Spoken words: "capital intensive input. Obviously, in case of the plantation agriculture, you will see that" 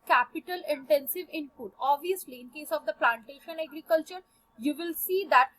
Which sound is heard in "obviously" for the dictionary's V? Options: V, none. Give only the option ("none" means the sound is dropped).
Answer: V